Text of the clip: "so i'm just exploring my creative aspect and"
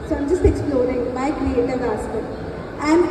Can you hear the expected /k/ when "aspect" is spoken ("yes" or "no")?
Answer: no